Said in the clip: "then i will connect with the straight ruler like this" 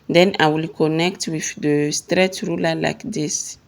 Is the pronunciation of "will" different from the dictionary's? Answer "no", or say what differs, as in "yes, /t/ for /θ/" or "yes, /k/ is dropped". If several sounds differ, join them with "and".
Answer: no